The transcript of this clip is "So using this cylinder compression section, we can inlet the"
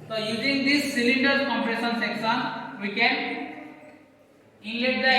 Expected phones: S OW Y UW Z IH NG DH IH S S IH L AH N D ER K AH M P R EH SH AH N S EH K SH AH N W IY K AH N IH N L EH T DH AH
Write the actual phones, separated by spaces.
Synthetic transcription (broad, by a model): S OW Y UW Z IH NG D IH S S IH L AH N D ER K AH M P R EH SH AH N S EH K S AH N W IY K AH N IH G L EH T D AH